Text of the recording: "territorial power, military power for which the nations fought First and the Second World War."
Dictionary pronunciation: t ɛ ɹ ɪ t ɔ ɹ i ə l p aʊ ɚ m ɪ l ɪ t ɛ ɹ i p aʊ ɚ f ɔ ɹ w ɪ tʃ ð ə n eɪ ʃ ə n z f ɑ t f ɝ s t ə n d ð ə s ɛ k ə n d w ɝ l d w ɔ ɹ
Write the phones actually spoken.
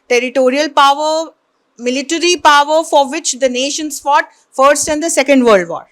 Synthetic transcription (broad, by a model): t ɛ ɹ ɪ t ɔ ɹ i ə l p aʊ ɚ m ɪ l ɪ t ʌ ɹ i p aʊ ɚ f ɔ ɹ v ɪ tʃ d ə n eɪ ʃ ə n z f ɑ t f ɝ s t ə n d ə s ɛ k ə n d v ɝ l d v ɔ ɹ